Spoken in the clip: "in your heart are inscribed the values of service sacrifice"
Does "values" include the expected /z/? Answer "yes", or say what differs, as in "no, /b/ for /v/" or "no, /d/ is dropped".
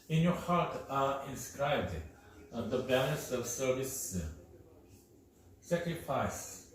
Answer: no, /s/ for /z/